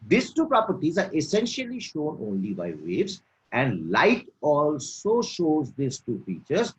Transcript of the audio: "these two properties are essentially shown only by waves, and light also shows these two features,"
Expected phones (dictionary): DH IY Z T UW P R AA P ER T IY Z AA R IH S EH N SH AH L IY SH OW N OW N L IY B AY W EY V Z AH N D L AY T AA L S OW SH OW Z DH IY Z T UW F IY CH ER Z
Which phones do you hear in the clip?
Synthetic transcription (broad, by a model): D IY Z T UW P R AA P ER T IY Z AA R IH S EH N SH AH L IY SH OW N OW N L IY B AY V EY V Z AH N D L AY T AA L S OW SH OW Z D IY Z T UW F IY CH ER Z